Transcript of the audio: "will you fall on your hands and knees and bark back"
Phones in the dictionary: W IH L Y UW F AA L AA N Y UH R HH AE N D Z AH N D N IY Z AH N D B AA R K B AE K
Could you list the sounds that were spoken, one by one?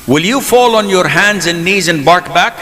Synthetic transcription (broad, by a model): W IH L Y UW F AA L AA N Y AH R HH AE N D Z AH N N IY Z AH N B AA R K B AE K